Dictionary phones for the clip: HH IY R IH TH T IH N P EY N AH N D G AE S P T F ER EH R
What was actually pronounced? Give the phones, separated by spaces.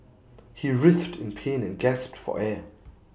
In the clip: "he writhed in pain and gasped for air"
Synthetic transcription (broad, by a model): HH IY R IH TH T IH N P EY N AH N G AE S P T F ER EH